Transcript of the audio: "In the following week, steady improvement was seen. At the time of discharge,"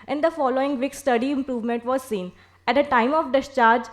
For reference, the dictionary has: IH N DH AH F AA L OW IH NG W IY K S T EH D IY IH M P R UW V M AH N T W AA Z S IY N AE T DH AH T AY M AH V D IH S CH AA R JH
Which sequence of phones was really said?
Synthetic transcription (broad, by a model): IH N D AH F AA L OW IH NG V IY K S T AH D IY IH M P R UW V M AH N T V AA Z S IY N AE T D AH T AY M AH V D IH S CH AA R JH